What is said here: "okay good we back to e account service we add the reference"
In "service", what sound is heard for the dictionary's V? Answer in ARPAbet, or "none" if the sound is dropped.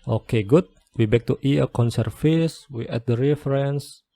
F